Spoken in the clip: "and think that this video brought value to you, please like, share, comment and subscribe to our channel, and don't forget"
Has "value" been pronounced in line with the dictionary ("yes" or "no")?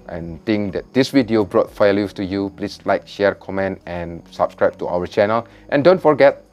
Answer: no